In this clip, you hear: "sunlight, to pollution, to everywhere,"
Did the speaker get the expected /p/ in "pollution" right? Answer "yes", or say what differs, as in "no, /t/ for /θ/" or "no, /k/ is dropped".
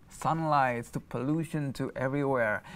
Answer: yes